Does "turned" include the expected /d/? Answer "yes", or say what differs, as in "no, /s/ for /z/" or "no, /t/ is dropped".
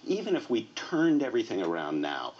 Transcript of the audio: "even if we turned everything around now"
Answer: yes